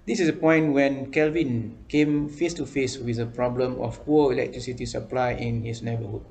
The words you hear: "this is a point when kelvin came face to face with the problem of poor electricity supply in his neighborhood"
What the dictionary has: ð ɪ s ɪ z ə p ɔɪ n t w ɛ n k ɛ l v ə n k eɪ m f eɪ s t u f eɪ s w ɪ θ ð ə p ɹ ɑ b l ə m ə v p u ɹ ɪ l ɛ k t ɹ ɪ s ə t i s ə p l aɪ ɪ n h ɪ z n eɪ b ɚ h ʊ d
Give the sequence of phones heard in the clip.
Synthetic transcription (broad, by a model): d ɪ s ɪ s ə p ɔɪ n t w ɛ n k ɛ l v ə n k eɪ m f eɪ s t u f eɪ s w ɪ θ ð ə p ɹ ɑ b l ə m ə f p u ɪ l ɛ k t ɹ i s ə t i s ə p l aɪ ɪ n h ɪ s n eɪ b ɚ h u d